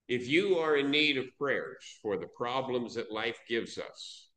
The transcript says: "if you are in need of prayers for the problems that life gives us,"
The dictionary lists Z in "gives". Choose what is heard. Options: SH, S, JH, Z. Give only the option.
Z